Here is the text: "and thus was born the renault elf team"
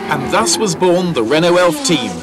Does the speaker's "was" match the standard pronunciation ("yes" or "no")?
yes